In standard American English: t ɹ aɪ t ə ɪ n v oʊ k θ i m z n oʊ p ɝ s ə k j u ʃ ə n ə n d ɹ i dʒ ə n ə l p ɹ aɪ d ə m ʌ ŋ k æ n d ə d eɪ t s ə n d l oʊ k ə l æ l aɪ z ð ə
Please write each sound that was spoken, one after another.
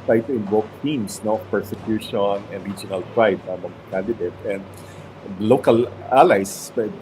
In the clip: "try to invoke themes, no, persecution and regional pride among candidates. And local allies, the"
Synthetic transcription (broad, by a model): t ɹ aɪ t ə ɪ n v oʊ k t i m s n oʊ p ɝ s ə k j u ʃ ə n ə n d ɹ i dʒ ə n ə l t ɹ aɪ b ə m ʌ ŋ k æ n d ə d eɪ t ə n d l oʊ k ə l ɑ l aɪ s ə